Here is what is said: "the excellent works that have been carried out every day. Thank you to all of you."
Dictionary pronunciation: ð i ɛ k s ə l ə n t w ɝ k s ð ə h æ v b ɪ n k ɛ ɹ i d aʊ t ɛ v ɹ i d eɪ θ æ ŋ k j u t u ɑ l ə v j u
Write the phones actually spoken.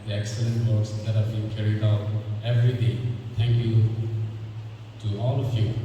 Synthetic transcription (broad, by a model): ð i ɛ k s ə l ə n t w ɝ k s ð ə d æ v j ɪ k ɛ ɹ i d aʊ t ɛ v ɹ i d eɪ t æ ŋ k j u t u ɑ l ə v j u